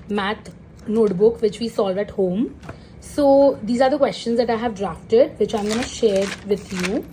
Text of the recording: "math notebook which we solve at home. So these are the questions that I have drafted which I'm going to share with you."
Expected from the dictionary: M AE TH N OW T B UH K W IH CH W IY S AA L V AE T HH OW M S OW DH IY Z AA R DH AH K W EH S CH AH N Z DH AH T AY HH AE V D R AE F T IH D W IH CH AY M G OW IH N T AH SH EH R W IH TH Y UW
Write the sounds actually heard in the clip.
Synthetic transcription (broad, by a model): M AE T N OW T B UH K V IH CH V IY S AA L V AE T HH OW M S OW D IY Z AA R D AH K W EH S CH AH N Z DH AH T AY HH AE V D R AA F T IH D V IH CH AY M G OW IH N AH SH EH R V IH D Y UW